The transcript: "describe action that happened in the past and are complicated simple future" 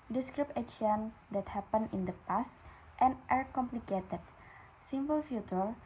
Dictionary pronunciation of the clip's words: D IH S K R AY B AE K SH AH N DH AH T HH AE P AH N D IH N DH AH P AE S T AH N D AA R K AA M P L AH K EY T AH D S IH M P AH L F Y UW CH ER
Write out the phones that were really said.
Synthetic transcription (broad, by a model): D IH S K R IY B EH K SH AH N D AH T HH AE P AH N IH N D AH P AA S T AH N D AA R K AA M P L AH K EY T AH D S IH M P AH L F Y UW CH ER